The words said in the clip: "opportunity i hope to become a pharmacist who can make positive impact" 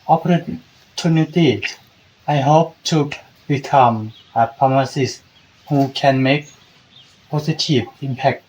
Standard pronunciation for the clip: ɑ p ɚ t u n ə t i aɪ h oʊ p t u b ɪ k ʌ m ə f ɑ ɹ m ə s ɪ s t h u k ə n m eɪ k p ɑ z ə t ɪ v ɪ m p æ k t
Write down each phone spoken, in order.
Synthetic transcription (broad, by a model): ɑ p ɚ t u n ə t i aɪ h oʊ p t u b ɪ k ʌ m ə p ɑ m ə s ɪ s h u k ə n m eɪ k p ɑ s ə t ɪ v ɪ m p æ k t